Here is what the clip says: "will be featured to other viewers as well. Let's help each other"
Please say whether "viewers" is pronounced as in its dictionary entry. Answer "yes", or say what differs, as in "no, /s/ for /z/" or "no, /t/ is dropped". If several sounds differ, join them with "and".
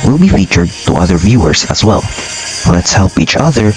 yes